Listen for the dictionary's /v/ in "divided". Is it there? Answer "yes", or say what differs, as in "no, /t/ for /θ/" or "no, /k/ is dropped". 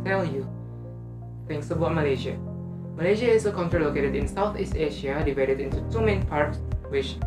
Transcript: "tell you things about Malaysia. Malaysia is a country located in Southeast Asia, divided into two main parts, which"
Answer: yes